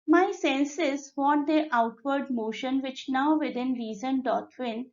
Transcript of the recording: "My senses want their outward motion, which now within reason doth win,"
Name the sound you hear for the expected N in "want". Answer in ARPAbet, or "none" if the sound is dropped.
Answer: none